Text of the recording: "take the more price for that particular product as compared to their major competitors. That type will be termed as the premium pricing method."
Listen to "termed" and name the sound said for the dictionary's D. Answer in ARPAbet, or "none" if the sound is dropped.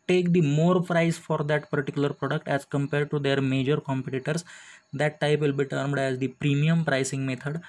D